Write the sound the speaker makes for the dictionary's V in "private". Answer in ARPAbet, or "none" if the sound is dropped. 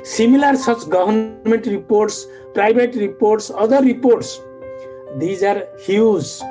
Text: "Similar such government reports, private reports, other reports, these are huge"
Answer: B